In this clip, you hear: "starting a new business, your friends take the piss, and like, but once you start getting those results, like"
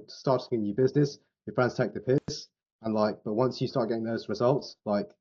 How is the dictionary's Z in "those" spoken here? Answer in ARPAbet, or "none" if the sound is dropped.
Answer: Z